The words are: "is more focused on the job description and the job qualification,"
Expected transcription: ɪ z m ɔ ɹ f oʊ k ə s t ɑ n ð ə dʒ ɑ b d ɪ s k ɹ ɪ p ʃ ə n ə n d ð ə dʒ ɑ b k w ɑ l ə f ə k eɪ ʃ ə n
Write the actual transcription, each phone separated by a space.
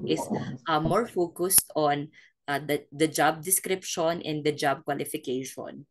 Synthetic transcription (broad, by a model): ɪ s m ɔ ɹ f oʊ k ə s t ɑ n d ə dʒ ɑ b d ɪ s k ɹ ɪ p ʃ ə n ə n d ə dʒ ɑ b k w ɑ l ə f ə k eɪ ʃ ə n